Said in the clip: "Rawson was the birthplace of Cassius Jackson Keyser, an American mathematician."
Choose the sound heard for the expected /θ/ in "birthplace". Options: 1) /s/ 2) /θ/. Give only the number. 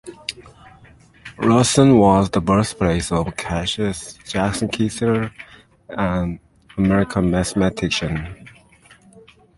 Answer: 1